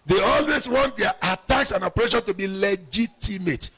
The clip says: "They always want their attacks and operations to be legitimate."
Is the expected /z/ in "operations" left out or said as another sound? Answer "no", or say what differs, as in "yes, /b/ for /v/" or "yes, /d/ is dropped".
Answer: yes, /z/ is dropped